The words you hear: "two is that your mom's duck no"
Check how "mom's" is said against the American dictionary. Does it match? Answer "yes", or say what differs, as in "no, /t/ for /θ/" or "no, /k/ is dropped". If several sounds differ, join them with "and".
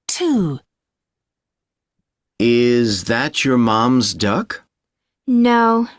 yes